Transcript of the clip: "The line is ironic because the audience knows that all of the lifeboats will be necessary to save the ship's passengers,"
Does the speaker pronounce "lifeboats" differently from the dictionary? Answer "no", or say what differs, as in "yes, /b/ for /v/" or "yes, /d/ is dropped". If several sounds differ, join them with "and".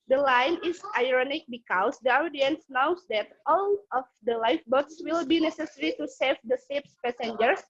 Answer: no